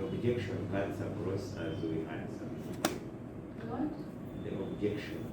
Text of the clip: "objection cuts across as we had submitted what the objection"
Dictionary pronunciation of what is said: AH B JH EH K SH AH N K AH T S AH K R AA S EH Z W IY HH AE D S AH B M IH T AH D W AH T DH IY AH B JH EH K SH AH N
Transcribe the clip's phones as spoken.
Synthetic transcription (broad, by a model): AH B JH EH K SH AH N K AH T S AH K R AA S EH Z W IY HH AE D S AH M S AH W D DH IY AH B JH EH K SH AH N